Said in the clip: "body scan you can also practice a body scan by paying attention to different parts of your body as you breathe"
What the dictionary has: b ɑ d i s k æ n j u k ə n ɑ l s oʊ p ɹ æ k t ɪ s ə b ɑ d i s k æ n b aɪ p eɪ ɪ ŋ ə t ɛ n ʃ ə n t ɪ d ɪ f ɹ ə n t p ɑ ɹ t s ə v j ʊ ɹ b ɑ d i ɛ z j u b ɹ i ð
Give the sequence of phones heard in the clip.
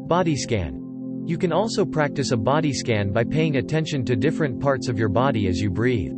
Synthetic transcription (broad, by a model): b ɑ d i s k æ n j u k ə n ɑ l s oʊ p ɹ æ k t ɪ s ə b ɑ d i s k æ n b aɪ p eɪ ɪ ŋ ə t ɛ n ʃ ə n t ɪ d ɪ f ɹ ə n p ɑ ɹ t s ə v j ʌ ɹ b ɑ d i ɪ z j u b ɹ i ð